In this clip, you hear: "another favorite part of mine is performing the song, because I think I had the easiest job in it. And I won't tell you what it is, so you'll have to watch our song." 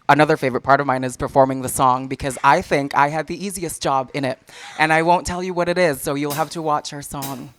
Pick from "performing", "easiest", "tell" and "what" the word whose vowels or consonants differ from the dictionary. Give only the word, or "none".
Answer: none